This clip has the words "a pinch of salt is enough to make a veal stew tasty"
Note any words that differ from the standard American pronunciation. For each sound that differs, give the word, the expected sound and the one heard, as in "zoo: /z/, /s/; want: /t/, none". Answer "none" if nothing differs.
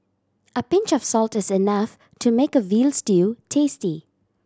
none